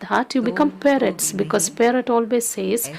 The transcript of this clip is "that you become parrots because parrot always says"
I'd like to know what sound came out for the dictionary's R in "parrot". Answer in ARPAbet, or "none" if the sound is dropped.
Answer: R